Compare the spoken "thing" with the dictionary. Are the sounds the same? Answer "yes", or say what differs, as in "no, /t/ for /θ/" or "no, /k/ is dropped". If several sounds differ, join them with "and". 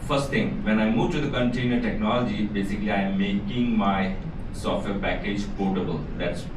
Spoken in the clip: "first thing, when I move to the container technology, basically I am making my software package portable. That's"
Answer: no, /t/ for /θ/